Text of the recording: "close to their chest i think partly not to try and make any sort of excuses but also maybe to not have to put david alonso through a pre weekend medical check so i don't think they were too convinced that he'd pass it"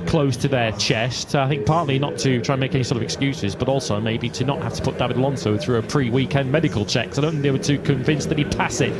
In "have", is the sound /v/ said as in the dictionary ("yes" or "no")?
no